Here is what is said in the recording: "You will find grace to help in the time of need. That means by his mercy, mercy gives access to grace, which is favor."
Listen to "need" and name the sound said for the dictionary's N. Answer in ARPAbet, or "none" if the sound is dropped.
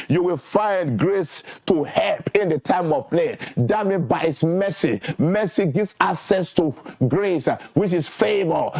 L